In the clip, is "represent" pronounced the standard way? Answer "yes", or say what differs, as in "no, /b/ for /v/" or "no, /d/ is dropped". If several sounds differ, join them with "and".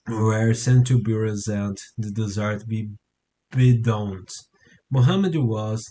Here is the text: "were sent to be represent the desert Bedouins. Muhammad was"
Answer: no, /p/ is dropped